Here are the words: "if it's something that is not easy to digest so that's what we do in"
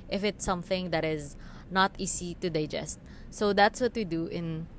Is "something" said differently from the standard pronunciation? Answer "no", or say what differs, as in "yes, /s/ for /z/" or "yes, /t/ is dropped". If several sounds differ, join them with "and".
no